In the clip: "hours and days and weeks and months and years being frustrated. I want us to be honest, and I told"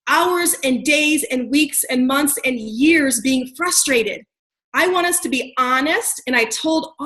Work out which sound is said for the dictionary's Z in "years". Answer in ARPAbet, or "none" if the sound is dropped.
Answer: Z